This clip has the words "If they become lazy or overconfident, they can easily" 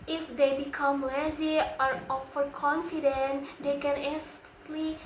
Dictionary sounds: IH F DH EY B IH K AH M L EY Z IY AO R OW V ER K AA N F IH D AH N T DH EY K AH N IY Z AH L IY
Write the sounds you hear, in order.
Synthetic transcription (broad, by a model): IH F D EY B IH K AH M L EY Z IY AO R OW F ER K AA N F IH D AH N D EY K AH N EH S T L IY